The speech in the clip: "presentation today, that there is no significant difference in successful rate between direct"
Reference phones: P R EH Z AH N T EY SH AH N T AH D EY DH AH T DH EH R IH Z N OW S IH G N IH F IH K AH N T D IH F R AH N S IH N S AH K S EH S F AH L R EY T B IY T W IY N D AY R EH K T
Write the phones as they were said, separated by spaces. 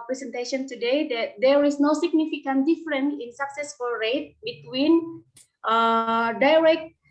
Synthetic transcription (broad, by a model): P R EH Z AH N T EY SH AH N T AH D EY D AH T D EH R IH S N OW S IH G N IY F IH K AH N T D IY F R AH N IH N S AH K S EH S F AH L R EY T B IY T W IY N D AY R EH K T